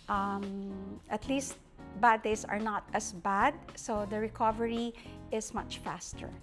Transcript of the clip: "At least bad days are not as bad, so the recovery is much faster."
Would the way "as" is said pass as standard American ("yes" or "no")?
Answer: no